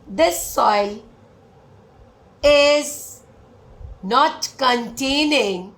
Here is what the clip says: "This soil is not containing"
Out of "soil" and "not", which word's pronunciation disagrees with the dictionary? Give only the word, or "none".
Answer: none